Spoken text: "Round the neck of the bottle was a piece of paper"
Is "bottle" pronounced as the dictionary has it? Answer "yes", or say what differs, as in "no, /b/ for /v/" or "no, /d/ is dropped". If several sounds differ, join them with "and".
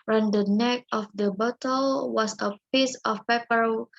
yes